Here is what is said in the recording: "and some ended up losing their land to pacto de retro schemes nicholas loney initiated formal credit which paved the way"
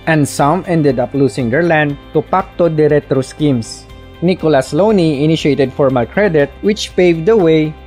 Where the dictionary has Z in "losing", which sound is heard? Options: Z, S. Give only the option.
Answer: S